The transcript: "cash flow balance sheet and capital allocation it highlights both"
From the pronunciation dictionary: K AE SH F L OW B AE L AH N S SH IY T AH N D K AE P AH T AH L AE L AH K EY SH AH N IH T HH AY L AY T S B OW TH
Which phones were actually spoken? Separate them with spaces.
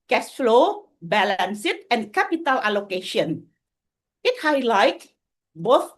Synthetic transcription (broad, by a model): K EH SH F L OW B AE L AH N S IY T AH N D K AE P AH T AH L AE L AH K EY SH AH N IH T HH AY L AY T B OW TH